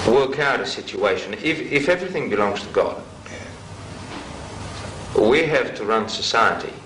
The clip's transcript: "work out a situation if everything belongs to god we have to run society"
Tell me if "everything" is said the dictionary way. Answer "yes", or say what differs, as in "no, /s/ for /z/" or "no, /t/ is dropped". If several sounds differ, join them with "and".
yes